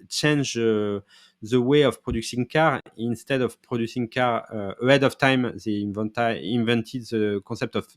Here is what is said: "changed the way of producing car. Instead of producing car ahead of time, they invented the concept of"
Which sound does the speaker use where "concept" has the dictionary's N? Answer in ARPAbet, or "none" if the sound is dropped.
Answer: none